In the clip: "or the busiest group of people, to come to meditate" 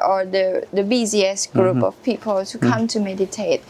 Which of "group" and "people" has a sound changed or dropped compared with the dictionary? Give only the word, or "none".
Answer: none